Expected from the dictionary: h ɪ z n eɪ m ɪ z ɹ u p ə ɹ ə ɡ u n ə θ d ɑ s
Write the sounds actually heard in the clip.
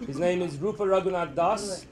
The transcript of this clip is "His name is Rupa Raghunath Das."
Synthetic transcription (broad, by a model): h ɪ z n eɪ m ɪ z ɹ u f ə ɹ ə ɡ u n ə t d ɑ s